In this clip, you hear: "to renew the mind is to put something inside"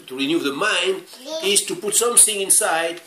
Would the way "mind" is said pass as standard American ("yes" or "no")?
yes